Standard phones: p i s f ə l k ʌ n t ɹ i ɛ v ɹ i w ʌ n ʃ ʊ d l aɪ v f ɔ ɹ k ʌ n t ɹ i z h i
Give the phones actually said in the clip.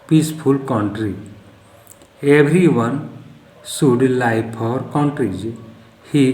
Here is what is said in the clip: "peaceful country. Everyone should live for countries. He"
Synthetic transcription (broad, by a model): p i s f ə l k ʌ n t ɹ i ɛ b ɹ i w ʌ n s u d l aɪ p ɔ ɹ k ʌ n t ɹ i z h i